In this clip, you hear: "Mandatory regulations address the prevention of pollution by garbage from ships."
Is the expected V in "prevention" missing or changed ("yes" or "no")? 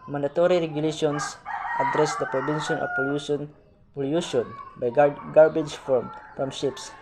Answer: yes